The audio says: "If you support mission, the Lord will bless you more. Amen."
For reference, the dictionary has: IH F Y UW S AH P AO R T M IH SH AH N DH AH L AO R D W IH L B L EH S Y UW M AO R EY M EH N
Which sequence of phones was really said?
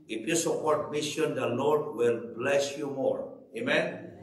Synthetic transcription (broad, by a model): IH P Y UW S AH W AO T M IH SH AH N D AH L AO R D W IH L B L EH S Y UW M AO R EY M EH N